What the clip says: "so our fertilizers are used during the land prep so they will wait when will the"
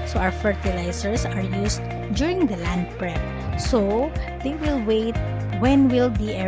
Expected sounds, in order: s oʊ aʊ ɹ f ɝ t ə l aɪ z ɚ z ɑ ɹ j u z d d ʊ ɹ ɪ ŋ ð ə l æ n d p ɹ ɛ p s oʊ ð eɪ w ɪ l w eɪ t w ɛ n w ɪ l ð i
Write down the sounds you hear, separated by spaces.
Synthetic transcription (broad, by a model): s oʊ aʊ ɹ f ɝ t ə l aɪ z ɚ s ɑ ɹ j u s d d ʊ ɹ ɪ ŋ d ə l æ n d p ɹ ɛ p s oʊ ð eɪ w ɪ l w eɪ t w ɛ n w ɪ l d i